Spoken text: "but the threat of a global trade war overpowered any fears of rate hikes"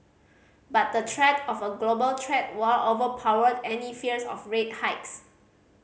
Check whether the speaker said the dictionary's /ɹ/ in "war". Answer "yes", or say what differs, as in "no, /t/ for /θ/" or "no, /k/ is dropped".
no, /l/ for /ɹ/